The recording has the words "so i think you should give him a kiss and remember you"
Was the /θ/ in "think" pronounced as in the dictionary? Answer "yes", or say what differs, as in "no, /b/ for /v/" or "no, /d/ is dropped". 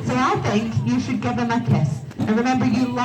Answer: yes